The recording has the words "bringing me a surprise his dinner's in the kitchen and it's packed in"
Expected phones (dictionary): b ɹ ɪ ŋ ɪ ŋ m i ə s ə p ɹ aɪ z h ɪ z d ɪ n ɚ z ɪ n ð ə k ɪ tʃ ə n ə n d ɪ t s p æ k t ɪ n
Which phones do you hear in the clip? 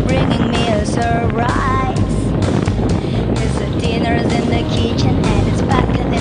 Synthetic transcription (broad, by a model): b ɹ ɪ ŋ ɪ ŋ m i ə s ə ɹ ɹ aɪ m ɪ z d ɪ n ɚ z ɪ n ð ə k ɪ tʃ ə n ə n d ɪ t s b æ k ɪ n